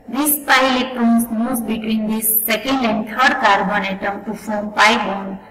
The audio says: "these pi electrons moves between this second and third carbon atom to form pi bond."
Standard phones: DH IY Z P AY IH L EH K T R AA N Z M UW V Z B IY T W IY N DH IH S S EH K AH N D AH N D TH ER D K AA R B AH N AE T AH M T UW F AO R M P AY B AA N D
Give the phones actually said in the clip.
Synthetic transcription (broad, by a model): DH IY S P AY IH L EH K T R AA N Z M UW Z B IY T W IY N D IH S S EH K AH N D AH N D T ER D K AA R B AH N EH T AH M T UW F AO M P AY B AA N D